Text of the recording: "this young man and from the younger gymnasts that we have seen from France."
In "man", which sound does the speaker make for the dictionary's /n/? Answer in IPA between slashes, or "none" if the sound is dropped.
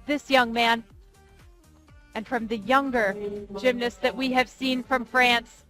/n/